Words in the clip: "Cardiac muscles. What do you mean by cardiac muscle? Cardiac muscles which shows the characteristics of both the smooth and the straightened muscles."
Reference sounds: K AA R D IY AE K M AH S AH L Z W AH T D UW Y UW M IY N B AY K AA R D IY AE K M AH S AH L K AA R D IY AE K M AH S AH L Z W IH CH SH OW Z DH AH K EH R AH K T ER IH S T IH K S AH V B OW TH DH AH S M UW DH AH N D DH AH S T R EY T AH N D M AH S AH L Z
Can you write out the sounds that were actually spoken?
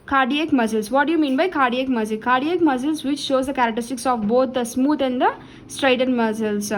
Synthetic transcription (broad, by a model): K AA R D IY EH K M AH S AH L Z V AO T D UW Y UW M IY N B AY K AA R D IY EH K M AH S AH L K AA R D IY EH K M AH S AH L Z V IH CH SH OW Z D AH K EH R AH K T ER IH S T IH K S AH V B OW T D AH S M UW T AH N D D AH S T R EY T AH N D M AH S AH L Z